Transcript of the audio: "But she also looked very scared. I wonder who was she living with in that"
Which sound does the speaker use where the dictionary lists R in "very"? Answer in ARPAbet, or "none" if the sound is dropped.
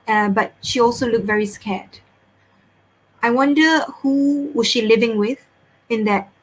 R